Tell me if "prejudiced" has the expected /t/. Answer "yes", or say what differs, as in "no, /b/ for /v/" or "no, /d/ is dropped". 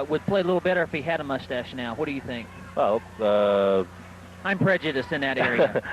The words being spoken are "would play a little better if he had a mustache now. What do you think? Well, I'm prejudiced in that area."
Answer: no, /t/ is dropped